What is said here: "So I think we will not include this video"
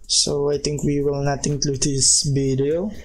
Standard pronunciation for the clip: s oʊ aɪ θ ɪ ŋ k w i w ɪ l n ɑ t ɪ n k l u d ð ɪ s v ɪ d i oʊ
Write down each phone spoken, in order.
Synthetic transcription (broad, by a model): s oʊ aɪ t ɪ ŋ k w i w ɪ l n ɑ t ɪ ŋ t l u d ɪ s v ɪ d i oʊ